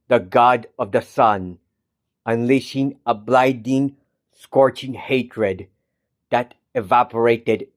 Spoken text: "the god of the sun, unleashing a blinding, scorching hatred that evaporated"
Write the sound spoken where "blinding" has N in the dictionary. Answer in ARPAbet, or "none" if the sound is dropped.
none